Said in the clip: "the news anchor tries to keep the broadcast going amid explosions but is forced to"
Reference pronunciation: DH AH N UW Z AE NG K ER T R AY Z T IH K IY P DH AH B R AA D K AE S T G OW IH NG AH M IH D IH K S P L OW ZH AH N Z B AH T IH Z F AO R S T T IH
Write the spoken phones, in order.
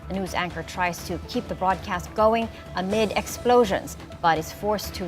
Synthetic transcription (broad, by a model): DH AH N UW Z AE NG K ER T R AY Z T IH K IY P DH AH B R AA D K AE S T G OW IH NG AH M IH D IH K S P L OW ZH AH N Z B AH T IH Z F AO R S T T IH